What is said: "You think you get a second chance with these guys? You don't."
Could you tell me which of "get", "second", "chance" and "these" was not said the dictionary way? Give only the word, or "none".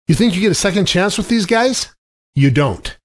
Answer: none